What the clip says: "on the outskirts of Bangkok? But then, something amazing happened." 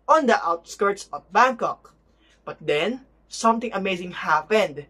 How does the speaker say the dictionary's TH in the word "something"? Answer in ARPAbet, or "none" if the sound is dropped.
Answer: T